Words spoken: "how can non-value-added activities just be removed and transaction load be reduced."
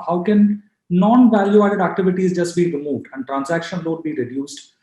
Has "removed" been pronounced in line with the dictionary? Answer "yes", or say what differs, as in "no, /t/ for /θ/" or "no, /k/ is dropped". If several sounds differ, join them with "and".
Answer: yes